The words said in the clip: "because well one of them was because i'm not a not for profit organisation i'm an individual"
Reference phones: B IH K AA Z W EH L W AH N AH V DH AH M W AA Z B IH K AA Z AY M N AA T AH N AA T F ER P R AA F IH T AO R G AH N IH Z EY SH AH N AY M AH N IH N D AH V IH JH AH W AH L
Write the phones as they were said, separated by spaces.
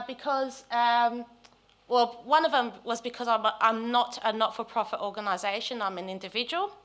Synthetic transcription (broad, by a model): B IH K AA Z W EH L W AH N AH V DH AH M W AA Z B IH K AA Z AY M N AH T AH N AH T F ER P R AA F IH T AO G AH N IH Z EY SH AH N AY M AH N IH N D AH V IH JH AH W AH L